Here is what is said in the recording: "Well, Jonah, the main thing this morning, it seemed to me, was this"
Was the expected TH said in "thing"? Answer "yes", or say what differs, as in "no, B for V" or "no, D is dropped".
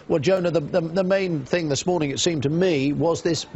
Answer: yes